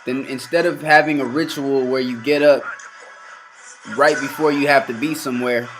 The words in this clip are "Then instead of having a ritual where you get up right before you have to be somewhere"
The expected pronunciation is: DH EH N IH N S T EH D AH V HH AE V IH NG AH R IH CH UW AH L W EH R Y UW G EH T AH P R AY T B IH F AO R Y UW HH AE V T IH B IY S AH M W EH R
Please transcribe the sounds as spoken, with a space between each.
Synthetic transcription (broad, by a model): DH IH N IH N S T EH D AH V HH AE V IH NG AH R IH CH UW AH L W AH R Y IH G EH T AH P R AY T B IH F AO R Y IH HH AE F T IH B IY S AH M W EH R